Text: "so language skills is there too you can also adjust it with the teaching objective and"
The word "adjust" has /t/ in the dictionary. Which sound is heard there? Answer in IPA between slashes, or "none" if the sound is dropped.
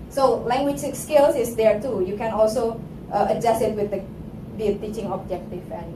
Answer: none